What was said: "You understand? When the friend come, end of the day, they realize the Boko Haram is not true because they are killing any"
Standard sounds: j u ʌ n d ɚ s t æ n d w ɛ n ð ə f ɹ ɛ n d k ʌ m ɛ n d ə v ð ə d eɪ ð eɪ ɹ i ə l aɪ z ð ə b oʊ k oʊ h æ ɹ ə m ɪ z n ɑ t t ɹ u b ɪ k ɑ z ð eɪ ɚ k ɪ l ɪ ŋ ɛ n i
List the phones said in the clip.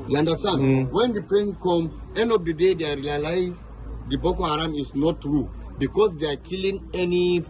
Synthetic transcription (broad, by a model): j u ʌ n d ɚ s t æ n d w ɛ n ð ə p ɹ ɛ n k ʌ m ɛ n d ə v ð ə d eɪ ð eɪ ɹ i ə l aɪ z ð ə b oʊ k oʊ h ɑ ɹ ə m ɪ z n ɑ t t ɹ u b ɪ k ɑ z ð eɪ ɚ k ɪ l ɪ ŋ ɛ n i